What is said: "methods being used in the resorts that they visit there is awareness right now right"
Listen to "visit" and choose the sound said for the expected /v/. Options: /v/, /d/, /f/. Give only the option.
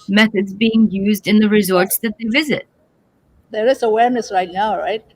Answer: /v/